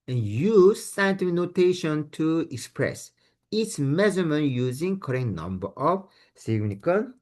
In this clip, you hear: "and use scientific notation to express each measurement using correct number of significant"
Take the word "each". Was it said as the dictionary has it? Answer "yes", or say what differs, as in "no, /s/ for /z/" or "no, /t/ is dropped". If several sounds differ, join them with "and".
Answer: no, /s/ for /tʃ/